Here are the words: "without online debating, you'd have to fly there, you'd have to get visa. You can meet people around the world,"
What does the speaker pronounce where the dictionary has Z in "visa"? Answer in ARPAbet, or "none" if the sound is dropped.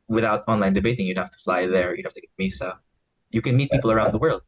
S